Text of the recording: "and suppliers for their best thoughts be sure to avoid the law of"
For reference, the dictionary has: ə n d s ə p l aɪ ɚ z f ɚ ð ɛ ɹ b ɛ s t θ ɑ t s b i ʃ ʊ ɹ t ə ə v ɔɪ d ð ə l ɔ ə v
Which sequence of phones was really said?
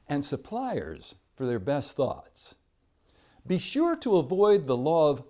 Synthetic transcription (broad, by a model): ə n s ə p l aɪ ɚ z f ɚ ð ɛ ɹ b ɛ s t θ ɑ t s b i ʃ ʊ ɹ t ə ə v ɔɪ d ð ə l ɔ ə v